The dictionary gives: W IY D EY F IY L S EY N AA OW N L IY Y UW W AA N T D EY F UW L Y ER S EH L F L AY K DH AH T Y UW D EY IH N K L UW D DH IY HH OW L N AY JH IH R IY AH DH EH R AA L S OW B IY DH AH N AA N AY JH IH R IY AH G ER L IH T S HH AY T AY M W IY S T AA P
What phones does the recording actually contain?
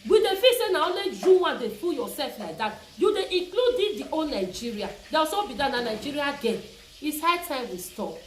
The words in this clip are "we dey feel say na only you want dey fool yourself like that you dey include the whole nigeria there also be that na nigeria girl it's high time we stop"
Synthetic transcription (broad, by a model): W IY D EY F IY S EY N AA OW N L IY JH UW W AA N D EY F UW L Y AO S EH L F L AY K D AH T Y UW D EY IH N K L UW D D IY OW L N AY JH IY R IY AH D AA W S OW B IY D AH N AA N AY JH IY R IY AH G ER N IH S HH AY T AY M W IY S T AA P